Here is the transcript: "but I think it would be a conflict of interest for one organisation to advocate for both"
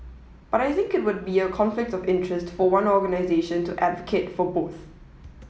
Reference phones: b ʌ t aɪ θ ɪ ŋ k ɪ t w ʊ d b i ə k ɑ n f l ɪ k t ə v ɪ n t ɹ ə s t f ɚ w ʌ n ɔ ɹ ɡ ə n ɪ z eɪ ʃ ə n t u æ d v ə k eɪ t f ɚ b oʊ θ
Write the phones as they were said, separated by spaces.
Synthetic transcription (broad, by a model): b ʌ t aɪ θ ɪ ŋ k ɪ t w ʊ d b i ə k ɑ n f l ɪ k t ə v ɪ n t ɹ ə s t f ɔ w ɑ n ɔ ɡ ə n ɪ z eɪ ʃ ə n t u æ d v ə k eɪ t f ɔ b oʊ θ